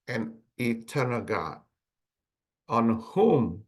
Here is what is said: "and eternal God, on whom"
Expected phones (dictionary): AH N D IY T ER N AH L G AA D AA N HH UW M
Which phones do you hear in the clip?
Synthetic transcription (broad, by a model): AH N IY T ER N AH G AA AA N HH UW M